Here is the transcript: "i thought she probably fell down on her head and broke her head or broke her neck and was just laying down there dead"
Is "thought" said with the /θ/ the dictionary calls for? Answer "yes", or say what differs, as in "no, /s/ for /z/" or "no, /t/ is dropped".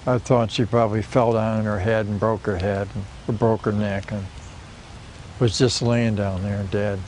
yes